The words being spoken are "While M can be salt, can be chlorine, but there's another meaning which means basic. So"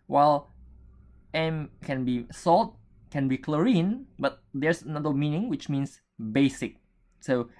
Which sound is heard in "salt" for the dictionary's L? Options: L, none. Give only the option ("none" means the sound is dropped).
L